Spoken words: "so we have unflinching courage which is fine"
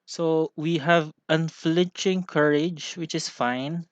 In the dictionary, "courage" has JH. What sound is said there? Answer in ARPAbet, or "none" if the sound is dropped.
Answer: JH